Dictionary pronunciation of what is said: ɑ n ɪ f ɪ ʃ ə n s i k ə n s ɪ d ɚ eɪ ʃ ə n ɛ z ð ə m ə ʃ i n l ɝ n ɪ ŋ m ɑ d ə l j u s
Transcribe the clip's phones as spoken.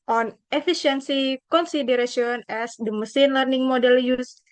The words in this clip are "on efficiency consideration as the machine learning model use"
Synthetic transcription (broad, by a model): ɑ n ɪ f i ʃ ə n s i k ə n s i d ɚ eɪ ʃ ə n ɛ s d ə m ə s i n l ɝ n ɪ ŋ m ɑ d ə l j u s